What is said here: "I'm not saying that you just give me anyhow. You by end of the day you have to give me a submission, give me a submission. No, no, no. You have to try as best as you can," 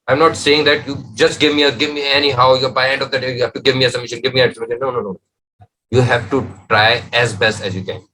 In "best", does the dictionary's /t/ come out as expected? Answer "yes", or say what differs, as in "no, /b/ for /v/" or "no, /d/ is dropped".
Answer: yes